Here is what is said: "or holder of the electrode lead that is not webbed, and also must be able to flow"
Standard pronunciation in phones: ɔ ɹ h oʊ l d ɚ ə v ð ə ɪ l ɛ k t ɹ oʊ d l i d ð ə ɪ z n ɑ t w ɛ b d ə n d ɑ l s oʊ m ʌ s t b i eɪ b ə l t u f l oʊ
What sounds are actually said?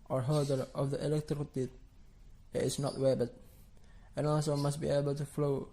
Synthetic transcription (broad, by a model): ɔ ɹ h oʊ d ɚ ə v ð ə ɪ l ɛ k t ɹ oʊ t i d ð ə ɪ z n ɑ t w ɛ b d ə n ɑ l s oʊ m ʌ s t b i eɪ b ə l t u f l oʊ